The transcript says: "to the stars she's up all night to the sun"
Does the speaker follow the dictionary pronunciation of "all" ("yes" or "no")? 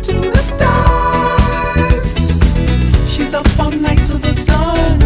no